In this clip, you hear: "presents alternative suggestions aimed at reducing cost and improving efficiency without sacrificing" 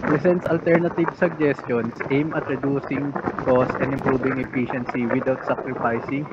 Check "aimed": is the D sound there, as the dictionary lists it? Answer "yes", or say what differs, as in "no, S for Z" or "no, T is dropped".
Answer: no, D is dropped